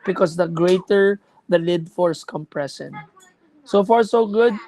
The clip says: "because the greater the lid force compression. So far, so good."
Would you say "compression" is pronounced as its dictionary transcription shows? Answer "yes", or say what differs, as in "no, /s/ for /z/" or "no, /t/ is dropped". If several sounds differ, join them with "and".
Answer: no, /s/ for /ʃ/